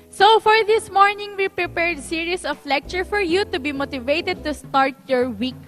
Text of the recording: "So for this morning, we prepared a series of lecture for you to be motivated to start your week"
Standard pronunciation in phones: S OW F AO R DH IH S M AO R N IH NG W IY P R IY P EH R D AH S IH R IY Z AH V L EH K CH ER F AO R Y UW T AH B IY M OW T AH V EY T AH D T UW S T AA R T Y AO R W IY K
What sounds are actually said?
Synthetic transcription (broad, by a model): S OW F AO R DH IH S M AO R N IH NG W IY P R IY P EH R D S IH R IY S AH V L EH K CH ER F AO R Y UW T AH B IY M OW T AH V EY T AH D T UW S T AA R T Y AO R W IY K